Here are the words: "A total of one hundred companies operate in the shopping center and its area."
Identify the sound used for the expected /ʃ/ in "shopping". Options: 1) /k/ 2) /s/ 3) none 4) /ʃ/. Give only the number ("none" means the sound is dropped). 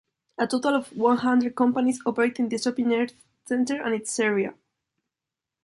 2